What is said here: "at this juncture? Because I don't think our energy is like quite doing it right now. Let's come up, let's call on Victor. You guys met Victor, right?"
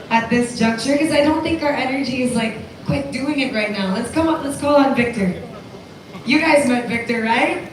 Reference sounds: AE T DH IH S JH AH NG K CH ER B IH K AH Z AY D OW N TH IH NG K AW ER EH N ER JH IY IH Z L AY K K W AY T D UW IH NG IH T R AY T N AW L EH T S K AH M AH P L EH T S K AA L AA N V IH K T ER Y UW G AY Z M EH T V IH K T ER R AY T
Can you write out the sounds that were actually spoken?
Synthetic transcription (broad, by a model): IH T DH IH S JH AH NG K CH ER K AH Z AY D OW N TH IH NG K AW ER EH N ER JH IY IH Z L AY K K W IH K D UW IH NG IH T R AY T N AW L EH T S K AH M AH P L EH T S K AA L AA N V IH K T ER Y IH G AY Z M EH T V IH K T ER R AY T